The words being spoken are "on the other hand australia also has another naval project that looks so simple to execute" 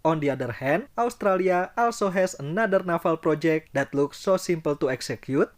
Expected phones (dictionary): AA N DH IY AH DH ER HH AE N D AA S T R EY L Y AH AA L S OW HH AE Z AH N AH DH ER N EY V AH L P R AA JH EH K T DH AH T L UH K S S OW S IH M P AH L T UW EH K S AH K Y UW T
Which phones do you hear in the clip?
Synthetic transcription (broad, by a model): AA N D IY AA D ER HH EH N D AA S T R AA L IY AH AA L S OW HH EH S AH N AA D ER N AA F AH L P R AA JH EH K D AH T L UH K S S OW S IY M P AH L T UW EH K S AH K Y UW T